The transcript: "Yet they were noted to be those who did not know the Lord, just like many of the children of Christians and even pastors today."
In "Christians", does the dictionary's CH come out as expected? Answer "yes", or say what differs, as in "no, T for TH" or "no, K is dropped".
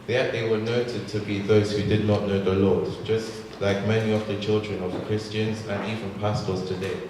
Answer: yes